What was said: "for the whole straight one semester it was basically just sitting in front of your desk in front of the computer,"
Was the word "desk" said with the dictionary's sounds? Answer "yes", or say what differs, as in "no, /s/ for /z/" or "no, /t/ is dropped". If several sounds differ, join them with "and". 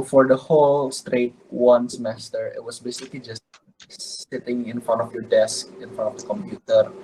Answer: yes